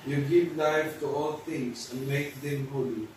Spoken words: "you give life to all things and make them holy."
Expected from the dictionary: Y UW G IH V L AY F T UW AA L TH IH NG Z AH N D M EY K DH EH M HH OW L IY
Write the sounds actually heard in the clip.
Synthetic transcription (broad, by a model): Y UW G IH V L AY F T UW AA L T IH NG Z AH N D M EY K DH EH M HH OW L IY